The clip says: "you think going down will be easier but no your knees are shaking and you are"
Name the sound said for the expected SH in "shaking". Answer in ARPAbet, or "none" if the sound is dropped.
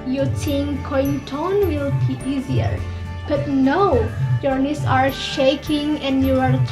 SH